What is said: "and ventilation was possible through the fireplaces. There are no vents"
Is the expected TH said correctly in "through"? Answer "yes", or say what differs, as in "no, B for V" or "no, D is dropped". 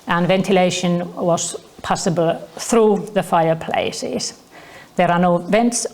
yes